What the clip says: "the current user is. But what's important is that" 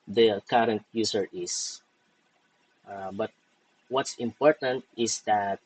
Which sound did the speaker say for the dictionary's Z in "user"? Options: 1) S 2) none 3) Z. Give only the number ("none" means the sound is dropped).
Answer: 1